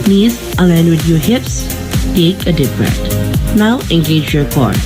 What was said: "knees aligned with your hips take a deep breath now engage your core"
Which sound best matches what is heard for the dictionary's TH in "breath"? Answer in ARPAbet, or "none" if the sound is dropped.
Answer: T